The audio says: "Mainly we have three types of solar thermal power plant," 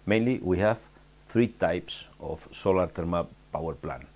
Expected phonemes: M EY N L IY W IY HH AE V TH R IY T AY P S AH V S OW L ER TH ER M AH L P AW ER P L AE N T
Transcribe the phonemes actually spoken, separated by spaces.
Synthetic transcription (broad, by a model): M EY N L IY W IY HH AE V TH R IY T AY P S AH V S OW L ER T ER M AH P AW ER P L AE N